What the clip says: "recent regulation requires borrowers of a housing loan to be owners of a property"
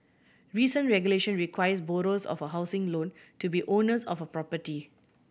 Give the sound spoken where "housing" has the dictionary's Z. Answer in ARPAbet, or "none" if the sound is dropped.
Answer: S